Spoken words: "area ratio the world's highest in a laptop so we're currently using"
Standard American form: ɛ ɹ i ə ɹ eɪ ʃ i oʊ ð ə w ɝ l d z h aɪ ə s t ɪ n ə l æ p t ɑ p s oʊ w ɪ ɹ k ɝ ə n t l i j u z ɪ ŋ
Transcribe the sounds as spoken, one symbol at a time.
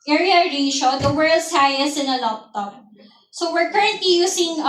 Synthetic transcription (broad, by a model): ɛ ɹ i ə ɹ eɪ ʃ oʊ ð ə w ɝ l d s h aɪ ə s ɪ n ə l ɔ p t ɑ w s oʊ w ɪ ɹ k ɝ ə n t l i j u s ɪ ŋ